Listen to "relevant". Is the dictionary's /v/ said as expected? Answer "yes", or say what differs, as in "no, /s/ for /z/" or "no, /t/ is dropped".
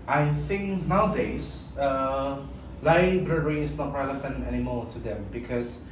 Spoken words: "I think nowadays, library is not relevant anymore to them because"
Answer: no, /f/ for /v/